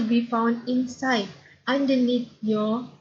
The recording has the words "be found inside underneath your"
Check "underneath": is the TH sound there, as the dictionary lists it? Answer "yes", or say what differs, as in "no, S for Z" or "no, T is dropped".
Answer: no, T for TH